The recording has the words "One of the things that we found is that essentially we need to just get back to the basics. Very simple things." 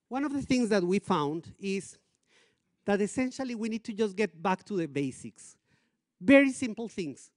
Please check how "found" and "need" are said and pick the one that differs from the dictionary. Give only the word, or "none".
none